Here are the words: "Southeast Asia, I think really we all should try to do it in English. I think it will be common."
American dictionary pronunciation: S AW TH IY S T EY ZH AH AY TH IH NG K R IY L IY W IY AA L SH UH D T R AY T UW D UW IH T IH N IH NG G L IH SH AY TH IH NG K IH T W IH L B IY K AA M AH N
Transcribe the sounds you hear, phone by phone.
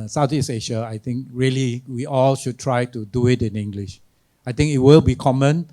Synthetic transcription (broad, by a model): S AW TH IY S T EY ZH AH AY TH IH NG K R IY L IY W IY AA L SH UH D T R AY T UW D UW IH T IH N IH NG G L IH SH AY T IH NG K IH T W IH L B IY K AA M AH N